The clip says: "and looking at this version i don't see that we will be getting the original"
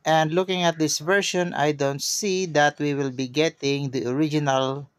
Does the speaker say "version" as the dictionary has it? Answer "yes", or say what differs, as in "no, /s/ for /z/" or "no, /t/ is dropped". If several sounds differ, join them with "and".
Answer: no, /ʃ/ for /ʒ/